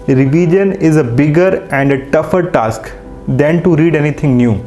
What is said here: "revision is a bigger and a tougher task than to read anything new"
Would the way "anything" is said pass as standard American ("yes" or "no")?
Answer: no